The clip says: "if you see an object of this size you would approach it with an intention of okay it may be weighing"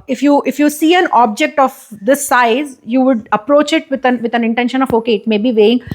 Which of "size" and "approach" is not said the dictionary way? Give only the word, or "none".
none